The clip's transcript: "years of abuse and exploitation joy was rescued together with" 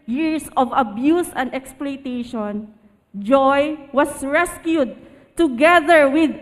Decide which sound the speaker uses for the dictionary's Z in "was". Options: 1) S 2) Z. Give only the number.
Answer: 1